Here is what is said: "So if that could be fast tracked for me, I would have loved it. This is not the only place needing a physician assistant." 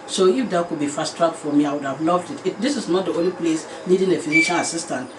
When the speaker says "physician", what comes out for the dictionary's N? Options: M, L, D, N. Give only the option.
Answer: L